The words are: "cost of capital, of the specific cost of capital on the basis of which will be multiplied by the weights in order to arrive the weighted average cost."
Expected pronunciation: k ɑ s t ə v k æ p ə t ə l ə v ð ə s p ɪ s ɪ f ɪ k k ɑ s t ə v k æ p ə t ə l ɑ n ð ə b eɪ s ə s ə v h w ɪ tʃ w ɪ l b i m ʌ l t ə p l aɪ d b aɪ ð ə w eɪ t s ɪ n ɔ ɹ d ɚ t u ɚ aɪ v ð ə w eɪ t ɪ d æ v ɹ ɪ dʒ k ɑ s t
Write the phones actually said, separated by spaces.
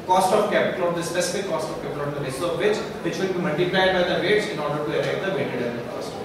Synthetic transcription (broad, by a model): k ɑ s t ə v k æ p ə t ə l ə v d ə s p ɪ s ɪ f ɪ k k ɑ s t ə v k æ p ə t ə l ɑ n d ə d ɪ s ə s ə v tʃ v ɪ tʃ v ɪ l b i m ʌ l t ə p l aɪ d b aɪ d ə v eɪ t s ɪ n ɔ ɹ d ɚ t u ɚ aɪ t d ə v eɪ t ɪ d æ ɹ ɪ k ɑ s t